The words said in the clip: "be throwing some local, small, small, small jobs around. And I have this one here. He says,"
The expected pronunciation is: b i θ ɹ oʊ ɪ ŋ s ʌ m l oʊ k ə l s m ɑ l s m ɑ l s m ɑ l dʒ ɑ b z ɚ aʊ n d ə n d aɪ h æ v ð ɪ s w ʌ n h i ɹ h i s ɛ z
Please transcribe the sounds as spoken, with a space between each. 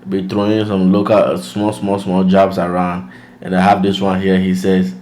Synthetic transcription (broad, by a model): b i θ ɹ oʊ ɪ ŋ s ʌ m l oʊ k ə l s m ɑ l s m ɑ l s m ɑ l dʒ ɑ b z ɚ aʊ n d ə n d aɪ h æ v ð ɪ s w ʌ n h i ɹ h i s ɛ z